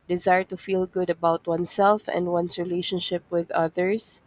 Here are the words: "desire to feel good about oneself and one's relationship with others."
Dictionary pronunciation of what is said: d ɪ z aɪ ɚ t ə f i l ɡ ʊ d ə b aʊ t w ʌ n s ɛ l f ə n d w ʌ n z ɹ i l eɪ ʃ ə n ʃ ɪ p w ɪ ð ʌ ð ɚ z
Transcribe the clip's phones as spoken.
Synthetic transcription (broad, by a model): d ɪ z aɪ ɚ t ə f i l ɡ ʊ d ə b aʊ t w ʌ n s ɛ l f ə n d w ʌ n s ɹ i l eɪ ʃ ə n ʃ ɪ p w ɪ ð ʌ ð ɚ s